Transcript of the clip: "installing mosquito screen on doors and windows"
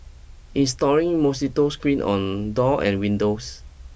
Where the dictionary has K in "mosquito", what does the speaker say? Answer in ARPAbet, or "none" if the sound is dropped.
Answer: none